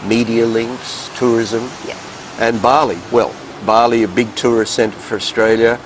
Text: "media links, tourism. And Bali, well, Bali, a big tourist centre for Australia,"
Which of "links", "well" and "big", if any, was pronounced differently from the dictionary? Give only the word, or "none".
none